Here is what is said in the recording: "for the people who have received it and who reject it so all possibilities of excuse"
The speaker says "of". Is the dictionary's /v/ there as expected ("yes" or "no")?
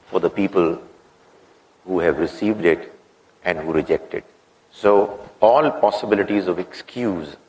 yes